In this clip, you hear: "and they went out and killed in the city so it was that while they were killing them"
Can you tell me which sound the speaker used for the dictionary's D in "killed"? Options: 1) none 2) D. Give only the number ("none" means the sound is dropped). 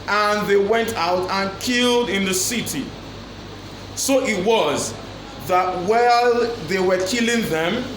2